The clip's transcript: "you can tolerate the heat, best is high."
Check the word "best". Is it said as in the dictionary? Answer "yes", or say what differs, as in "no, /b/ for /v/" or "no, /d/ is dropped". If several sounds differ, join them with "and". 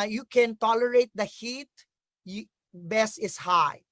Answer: no, /t/ is dropped